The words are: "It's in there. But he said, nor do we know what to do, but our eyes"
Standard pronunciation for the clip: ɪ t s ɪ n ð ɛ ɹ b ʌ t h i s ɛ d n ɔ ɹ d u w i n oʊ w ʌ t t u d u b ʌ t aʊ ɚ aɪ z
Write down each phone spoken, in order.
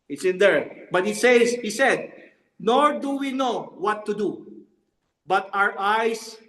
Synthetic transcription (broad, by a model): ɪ t s ɪ n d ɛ ɹ b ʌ t h i s ɛ d n ɔ ɹ d u w i n oʊ w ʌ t t u d u b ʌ t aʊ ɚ aɪ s